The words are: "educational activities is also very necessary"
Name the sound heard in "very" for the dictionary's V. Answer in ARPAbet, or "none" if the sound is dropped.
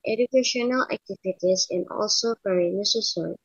P